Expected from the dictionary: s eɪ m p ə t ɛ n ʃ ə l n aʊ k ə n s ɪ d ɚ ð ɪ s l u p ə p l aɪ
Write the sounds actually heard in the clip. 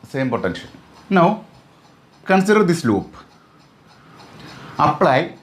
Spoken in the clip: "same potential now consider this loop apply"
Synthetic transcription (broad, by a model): s eɪ m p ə t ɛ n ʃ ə n n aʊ k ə n s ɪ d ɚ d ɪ s l u p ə p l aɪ